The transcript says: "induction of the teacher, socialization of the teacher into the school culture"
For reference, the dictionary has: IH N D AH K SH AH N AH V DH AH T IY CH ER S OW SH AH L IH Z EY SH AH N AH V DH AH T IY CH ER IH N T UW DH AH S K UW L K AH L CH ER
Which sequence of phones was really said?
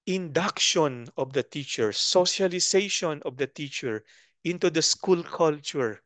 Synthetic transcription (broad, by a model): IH N D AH K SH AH N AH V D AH T IY CH ER S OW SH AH L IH S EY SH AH N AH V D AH T IY CH ER IH N T UW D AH S K UW L K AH L CH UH